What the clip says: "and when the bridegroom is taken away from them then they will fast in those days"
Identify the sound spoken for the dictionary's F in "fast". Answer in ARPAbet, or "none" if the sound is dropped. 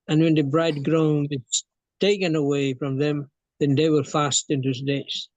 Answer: F